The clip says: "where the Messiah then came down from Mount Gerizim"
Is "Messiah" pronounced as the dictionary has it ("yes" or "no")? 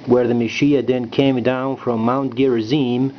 no